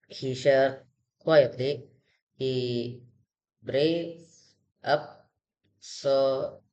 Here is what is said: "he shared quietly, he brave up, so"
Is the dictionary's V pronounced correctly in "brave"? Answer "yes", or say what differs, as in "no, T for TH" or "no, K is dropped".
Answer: no, V is dropped